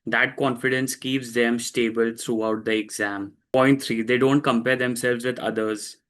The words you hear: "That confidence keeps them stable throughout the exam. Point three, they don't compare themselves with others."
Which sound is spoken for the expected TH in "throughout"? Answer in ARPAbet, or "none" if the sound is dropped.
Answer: T